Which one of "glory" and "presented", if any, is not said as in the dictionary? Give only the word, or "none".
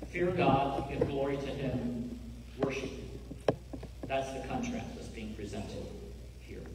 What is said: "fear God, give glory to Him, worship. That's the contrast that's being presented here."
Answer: none